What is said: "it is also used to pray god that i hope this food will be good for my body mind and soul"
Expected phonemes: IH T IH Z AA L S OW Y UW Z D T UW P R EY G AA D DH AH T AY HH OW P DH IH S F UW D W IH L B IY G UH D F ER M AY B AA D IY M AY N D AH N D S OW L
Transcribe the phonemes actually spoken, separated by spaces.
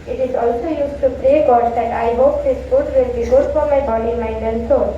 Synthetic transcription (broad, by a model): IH T IH Z AA L S OW Y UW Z T UW P R EY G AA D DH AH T AY HH OW P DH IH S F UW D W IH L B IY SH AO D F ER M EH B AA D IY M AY D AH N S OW